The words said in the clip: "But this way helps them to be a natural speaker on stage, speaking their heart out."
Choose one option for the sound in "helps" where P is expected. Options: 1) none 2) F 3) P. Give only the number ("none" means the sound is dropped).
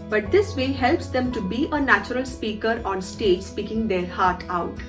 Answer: 3